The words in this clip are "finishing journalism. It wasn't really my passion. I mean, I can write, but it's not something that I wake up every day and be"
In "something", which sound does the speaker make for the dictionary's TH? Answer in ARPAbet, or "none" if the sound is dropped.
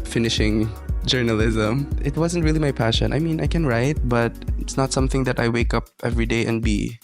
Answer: TH